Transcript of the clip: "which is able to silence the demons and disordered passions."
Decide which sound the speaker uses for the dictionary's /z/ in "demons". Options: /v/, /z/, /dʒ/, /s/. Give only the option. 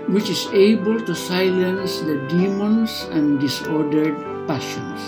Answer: /s/